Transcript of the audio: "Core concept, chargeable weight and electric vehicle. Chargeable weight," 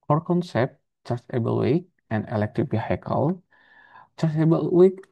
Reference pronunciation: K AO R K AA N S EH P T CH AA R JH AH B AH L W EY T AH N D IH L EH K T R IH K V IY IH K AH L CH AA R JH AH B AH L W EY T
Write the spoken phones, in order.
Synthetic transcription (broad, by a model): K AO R K AA N S EH P T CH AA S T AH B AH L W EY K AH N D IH L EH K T IH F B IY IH K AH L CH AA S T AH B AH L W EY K